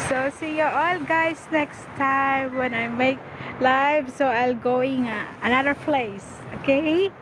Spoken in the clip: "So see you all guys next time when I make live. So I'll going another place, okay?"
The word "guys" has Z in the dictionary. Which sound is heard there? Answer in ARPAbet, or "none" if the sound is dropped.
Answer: S